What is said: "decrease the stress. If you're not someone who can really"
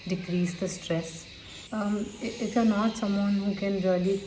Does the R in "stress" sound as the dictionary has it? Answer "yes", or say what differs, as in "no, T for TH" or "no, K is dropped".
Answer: yes